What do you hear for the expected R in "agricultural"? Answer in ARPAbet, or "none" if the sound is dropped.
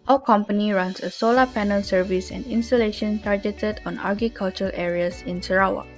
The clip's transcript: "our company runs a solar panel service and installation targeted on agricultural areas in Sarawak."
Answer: none